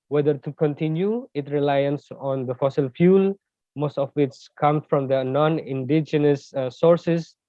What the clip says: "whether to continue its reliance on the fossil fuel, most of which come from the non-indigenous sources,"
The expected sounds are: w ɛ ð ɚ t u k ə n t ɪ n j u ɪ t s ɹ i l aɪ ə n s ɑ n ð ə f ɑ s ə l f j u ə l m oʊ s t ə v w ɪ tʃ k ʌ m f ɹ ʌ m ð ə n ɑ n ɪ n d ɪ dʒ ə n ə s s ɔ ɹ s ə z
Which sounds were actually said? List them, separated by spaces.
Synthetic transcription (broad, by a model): w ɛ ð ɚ t u k ə n t ɪ n j u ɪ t ɹ i l aɪ ə n s ɑ n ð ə f ɑ s ə l f j u l m oʊ s t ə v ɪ s k ʌ m f ɹ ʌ m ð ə n ɑ n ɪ n d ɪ dʒ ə n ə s s ɔ ɹ s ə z